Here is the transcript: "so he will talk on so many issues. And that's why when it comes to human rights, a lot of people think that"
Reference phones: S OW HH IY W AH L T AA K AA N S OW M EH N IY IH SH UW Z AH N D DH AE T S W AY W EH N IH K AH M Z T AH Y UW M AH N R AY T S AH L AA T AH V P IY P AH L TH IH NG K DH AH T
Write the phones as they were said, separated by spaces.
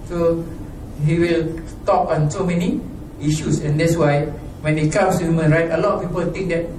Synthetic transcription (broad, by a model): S OW HH IY W AH L T AA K AA N S OW M EH N IY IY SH UW S AH N D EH T S W AY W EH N IH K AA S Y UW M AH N R AY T AH L AA T P IY P AH L T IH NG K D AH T